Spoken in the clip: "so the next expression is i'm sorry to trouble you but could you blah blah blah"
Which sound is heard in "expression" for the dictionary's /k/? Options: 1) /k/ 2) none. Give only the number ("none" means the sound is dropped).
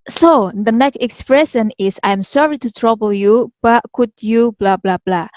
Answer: 1